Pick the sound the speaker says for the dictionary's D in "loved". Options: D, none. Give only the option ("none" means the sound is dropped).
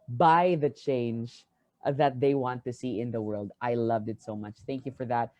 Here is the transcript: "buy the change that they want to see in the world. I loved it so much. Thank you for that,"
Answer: D